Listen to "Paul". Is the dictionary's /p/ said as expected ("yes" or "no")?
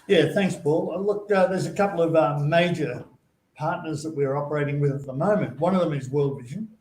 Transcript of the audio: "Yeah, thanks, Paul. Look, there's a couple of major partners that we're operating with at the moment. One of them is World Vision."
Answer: yes